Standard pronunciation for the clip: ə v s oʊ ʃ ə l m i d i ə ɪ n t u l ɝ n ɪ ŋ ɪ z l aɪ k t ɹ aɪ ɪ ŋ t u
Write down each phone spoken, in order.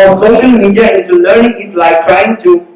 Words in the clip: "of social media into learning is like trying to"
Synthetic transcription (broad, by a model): s oʊ ʃ ə l m i d i ə ɪ n t u l ɝ n ɪ ŋ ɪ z l aɪ k t ɹ aɪ ɪ ŋ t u